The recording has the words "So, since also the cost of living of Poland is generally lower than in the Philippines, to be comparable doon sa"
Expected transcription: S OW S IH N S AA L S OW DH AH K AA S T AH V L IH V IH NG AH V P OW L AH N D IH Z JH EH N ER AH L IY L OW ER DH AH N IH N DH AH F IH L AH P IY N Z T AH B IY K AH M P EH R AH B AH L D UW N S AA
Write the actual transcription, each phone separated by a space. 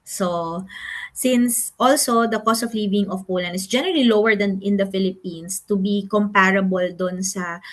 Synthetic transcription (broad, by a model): S OW S IH N S AA L S OW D AH K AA S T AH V L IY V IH NG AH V P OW L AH N IH S JH EH N ER AH L IY L OW ER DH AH N IH N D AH F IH L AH P IY N S T AH B IY K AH M P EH R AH B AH L D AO N S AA